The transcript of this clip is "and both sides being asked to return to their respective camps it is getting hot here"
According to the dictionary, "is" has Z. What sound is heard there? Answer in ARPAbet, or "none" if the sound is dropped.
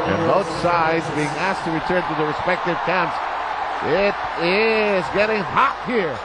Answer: Z